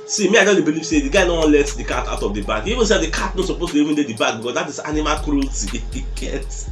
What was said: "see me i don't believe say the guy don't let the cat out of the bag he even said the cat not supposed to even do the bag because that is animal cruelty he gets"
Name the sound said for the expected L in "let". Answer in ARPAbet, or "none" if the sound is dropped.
L